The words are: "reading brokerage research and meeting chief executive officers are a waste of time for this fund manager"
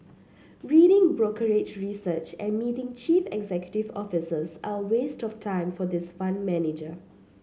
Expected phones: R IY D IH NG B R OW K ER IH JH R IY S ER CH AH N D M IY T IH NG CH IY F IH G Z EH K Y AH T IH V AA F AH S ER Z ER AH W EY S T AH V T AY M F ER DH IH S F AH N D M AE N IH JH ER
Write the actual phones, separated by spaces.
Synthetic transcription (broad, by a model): R IY D IH NG B R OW K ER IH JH R IY S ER CH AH N M IY T IH NG CH IY F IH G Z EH K Y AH T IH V AA F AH S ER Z AH W EY S T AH F T AY M F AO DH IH S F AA N M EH N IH JH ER